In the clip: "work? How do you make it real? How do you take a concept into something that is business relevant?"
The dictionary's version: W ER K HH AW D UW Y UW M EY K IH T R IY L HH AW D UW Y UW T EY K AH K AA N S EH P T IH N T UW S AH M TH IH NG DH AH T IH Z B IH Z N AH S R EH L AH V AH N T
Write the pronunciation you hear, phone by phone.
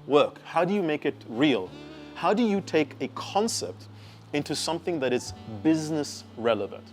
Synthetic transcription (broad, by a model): W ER K HH AW D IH Y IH M EY K IH T R IY L HH AW D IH Y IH T EY K AH K AA N S EH P T IH N T UW S AH M TH IH NG DH AH T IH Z B IH Z N AH S R EH L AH V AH N T